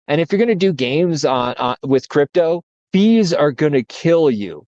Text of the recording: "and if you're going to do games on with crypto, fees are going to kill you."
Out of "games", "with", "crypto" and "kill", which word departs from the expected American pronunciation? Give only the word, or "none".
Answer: none